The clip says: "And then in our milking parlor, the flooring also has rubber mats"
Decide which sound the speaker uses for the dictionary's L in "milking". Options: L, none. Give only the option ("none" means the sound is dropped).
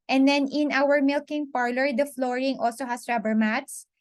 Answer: L